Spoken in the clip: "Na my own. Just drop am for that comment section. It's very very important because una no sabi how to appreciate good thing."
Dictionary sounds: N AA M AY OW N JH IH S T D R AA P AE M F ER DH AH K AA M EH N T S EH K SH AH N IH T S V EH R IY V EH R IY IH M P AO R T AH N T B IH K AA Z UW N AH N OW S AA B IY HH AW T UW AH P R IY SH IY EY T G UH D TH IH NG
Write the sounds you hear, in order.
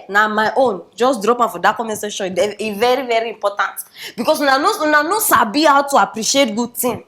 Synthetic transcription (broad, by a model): N AA M AY OW N JH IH S D R AA P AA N F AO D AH K AA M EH S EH SH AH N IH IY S V EH R IY V EH R IY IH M P AO T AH N T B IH K AA S UW N AH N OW S AA B IY HH AW T UW AH P R IY SH IY EY T G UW D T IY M